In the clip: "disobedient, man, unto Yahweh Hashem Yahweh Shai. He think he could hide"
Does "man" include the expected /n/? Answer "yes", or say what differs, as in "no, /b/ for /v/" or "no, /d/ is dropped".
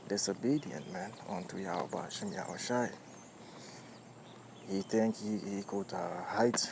yes